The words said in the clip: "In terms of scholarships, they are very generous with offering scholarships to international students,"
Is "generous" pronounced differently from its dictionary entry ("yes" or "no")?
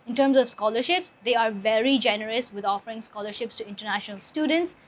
no